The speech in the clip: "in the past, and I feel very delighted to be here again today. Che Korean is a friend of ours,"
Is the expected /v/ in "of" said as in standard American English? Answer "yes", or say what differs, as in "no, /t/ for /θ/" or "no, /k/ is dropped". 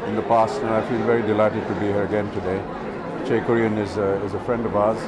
yes